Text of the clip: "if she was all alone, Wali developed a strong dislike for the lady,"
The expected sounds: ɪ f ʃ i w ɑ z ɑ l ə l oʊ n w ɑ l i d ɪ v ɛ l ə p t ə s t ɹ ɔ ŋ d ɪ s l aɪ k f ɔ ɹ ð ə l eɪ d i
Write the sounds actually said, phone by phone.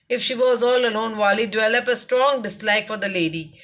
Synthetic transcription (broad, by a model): ɪ f ʃ i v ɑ z ɑ l ə l oʊ n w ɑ l i d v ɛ l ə p ə s t ɹ ɔ ŋ d ɪ s l aɪ k f ɔ ɹ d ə l eɪ d i